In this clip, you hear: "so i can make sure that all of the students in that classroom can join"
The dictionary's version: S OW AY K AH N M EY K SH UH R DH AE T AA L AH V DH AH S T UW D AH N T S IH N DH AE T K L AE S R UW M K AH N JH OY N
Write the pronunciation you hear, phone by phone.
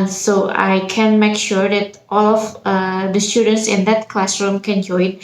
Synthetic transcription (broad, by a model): S OW AY K AH N M EY K SH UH R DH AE T AA L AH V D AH S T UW D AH N T S IH N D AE T K L AE S R UW M K AH N JH OY N